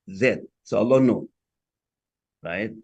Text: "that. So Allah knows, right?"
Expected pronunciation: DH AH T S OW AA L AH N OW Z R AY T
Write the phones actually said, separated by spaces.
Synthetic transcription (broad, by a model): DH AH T S OW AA L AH N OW R AY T